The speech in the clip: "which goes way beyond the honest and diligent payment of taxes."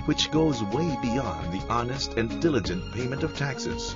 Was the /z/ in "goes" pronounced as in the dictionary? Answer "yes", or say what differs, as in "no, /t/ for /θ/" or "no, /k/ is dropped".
yes